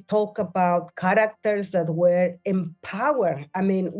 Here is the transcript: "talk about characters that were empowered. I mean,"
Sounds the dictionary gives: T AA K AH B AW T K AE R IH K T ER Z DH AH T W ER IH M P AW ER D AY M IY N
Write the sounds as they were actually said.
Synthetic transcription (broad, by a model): T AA K AH B AW T K AE R IH K T ER Z DH AH T W ER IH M P AW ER AY M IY N